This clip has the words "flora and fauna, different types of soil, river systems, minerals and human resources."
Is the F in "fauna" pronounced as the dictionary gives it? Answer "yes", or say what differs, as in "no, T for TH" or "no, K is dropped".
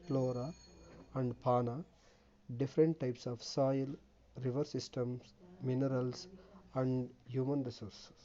no, P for F